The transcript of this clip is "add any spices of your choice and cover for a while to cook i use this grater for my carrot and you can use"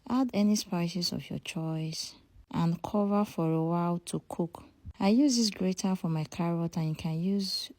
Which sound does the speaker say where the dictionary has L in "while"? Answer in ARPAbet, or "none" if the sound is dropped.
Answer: L